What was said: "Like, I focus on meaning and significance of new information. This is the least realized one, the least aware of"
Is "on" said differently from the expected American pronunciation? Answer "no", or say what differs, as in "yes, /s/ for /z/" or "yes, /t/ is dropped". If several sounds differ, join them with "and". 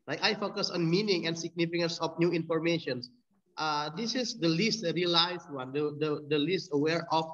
no